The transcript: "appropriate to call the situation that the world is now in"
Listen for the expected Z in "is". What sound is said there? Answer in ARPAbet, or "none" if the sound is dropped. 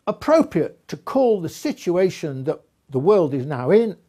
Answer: Z